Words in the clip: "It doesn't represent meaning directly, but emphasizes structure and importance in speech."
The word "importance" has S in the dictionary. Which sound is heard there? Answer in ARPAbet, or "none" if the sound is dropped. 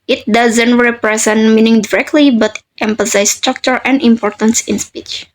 S